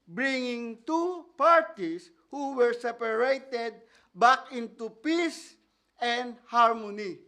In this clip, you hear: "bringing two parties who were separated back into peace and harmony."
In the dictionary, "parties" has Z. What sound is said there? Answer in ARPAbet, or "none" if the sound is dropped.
S